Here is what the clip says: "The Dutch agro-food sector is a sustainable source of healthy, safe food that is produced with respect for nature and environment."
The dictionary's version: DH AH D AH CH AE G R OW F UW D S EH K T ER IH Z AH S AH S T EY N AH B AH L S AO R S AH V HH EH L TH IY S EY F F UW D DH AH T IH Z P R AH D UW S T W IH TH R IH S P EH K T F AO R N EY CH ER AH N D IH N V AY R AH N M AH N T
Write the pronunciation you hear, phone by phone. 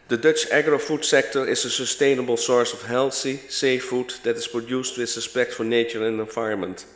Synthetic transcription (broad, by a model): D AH D AH CH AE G R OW F UW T S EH K T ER IH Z AH S AH S T EY N AH B AH L S AO R S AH F HH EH L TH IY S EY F F UW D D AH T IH S P R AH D UW S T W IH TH R IH S P EH K T F AO R N EY CH ER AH N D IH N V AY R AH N M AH N T